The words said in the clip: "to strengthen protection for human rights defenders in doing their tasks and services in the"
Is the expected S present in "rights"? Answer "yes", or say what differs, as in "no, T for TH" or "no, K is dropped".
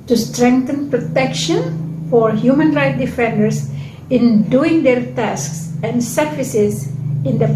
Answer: no, S is dropped